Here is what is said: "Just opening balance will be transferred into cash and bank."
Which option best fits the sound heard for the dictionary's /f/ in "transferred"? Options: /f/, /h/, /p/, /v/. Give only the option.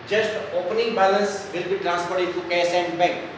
/p/